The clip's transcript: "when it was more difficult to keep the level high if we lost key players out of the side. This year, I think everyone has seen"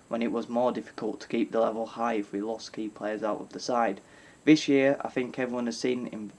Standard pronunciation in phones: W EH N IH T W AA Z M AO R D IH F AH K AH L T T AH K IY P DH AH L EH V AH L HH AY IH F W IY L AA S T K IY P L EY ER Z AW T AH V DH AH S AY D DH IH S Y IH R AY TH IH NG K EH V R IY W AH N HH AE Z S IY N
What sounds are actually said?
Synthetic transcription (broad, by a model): W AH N IH T W AA Z M AO R D IH F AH K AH L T T AH K IY P DH AH L EH V AH L HH AY IH F W IY L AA S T K IY P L EY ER Z AW T AH V DH AH S AY D DH IH S Y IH R AY TH IH NG K EH V R IY W AH N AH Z S IY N